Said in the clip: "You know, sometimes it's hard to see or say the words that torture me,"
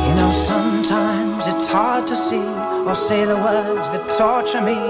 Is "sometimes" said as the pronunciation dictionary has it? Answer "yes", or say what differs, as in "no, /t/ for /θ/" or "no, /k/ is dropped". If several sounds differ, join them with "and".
yes